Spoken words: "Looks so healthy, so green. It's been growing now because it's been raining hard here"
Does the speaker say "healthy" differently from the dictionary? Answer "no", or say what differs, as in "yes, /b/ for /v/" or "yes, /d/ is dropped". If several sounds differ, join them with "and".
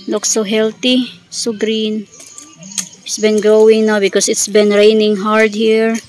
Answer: yes, /t/ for /θ/